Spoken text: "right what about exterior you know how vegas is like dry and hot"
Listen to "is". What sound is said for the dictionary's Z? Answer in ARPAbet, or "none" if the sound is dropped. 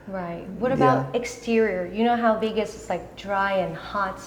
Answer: S